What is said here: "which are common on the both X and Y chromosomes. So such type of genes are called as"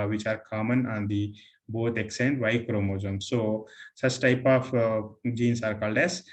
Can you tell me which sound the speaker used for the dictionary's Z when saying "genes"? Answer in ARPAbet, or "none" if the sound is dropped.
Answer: S